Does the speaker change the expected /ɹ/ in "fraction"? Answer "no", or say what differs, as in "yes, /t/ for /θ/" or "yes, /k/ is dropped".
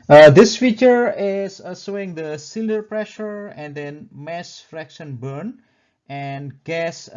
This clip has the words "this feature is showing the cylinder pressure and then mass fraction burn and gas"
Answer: no